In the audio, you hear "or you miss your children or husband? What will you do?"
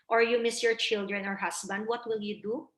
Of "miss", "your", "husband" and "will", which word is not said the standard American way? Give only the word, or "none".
husband